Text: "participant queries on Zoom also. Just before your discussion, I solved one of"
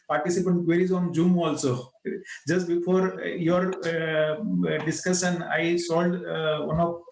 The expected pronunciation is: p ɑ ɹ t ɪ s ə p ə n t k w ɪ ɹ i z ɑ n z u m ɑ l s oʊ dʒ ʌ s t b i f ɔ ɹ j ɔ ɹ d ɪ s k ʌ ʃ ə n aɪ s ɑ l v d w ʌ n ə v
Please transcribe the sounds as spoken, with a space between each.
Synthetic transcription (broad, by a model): p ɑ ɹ t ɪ s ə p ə n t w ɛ ɹ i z ɑ n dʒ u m ɑ l s oʊ dʒ ʌ s t b i f ɔ ɹ j ɔ ɹ d ɪ s k ʌ ʃ ə n aɪ s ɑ l d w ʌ n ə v